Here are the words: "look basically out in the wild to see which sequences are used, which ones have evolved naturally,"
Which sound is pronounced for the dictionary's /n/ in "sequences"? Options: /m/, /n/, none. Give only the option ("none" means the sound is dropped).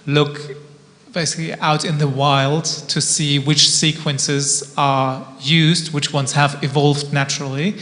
/n/